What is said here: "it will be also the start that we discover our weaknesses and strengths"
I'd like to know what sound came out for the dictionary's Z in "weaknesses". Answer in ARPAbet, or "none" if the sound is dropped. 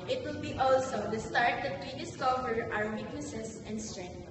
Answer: S